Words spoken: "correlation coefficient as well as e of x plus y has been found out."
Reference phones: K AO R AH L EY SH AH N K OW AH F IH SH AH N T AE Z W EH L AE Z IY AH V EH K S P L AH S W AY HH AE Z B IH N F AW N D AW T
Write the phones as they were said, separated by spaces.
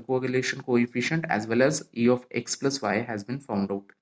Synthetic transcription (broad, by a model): K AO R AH L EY SH AH N K OW AH F IH SH AH N T AE Z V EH L AE Z IY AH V EH K S P L AH S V AY HH AE Z B IH N F AW N D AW T